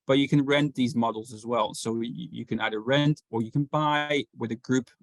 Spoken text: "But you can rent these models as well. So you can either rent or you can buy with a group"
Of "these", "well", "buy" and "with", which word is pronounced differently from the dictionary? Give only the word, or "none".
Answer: none